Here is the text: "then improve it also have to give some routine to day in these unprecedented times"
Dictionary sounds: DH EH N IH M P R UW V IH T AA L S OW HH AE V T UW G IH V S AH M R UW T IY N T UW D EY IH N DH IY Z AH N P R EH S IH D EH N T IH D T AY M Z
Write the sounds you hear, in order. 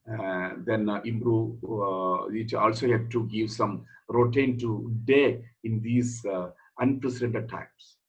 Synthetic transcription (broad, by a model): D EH N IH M B R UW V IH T AA L S OW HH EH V T UW G IH V S AH M R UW T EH N T UW D EY IH N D IY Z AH N P R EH S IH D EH N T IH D T AY M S